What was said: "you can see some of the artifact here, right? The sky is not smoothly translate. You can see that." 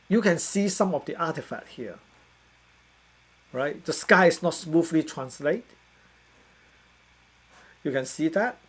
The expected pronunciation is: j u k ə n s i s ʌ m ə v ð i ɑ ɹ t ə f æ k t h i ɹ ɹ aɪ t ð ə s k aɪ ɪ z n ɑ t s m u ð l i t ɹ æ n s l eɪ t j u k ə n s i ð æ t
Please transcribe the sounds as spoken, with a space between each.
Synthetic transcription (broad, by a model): j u k ə n s i s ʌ m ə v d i ɑ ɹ t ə f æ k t h i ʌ ɹ aɪ t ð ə s k aɪ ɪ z n ɑ t s m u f l i t ɹ æ n s l eɪ t j u k ə n s i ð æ t